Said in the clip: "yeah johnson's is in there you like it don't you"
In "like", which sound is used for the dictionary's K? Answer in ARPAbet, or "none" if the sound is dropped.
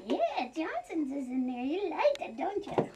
none